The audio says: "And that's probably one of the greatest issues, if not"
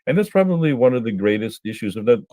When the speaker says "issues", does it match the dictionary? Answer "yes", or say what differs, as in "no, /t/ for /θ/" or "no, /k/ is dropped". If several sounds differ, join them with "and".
yes